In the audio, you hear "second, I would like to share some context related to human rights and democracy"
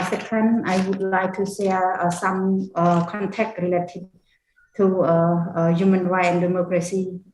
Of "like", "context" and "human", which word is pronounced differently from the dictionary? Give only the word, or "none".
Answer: context